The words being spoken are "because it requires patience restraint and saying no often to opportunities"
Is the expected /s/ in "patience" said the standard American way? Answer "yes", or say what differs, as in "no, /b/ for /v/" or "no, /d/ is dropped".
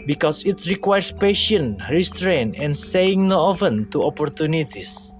no, /s/ is dropped